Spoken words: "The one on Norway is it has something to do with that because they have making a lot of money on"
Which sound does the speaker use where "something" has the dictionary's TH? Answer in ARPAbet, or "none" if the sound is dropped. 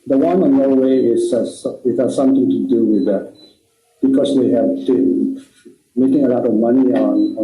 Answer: T